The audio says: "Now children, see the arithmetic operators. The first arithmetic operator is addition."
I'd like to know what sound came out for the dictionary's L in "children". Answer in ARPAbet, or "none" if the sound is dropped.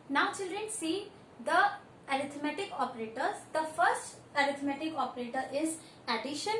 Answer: L